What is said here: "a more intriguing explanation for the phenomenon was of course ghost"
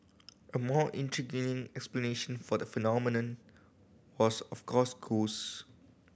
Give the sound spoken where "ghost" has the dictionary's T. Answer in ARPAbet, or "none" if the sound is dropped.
none